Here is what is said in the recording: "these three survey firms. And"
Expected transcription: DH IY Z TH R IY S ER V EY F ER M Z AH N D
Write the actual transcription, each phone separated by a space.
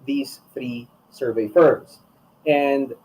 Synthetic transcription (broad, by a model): DH IY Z TH R IY S ER V EY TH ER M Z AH N D